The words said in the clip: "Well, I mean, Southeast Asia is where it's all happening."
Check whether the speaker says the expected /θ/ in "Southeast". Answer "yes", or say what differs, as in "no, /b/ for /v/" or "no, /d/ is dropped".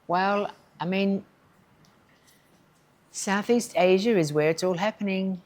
yes